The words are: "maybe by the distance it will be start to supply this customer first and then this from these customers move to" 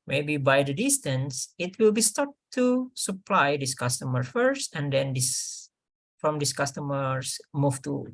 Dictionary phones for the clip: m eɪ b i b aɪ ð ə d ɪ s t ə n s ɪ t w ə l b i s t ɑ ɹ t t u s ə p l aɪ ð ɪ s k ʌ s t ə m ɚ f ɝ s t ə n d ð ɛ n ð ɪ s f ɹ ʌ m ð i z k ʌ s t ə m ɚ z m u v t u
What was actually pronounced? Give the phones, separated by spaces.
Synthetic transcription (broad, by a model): m eɪ b i b aɪ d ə d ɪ s t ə n s ɪ t w ə l b i s t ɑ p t t u s ə p l aɪ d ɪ s k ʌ s t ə m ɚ f ɝ s t ə n d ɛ n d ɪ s f ɹ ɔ m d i s k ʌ s t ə m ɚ s m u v t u